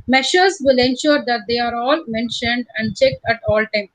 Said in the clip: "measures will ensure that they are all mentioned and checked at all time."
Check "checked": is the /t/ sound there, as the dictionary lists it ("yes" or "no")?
yes